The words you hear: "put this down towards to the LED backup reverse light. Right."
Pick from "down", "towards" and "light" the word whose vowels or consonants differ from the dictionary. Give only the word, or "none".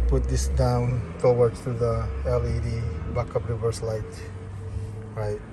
towards